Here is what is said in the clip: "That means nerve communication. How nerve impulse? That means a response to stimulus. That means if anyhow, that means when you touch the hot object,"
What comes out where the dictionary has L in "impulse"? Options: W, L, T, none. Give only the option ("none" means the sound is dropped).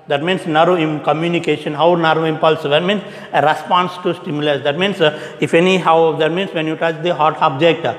L